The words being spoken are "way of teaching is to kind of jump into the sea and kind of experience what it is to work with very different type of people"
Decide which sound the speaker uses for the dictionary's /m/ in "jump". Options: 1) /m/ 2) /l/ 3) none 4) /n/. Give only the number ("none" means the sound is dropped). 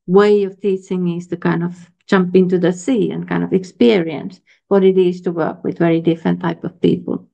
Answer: 1